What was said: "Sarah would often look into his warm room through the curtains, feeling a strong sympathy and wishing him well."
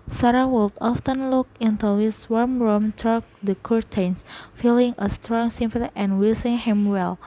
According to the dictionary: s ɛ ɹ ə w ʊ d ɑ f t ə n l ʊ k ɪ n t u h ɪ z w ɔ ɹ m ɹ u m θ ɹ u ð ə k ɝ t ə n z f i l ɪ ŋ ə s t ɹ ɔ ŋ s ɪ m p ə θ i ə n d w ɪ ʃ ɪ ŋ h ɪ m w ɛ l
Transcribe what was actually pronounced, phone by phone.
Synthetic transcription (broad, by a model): s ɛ ɹ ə w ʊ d ɑ f t ə n l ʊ k ɪ n t u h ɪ s w ɔ ɹ m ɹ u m t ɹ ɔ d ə k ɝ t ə n s f i l ɪ ŋ ə s t ɹ ɔ ŋ s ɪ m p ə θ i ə n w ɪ s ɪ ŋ h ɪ m w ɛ l